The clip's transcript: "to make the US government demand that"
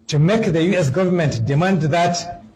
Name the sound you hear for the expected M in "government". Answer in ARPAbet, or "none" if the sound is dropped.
M